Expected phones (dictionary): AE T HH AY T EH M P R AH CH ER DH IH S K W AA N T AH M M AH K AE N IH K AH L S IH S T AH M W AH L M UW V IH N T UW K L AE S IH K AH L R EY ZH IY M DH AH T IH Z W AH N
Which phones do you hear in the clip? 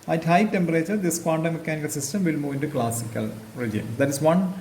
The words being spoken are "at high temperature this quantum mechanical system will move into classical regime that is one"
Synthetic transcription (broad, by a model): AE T HH AY T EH M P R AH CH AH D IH S K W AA N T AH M M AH K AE N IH K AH L S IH S T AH M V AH L M UW V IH N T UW K L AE S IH K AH L R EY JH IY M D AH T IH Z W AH N